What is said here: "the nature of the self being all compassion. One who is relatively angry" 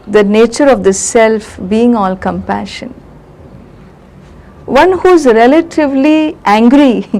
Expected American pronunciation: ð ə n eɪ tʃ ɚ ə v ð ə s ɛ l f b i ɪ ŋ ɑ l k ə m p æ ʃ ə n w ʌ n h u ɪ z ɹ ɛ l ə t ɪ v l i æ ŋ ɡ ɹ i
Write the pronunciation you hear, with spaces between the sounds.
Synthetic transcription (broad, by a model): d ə n eɪ tʃ ɚ ə v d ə s ɛ l f b i ɪ ŋ ɑ l k ə m p æ ʃ ə n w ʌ n h u ɪ z ɹ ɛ l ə t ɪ v l i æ ŋ ɡ ɹ i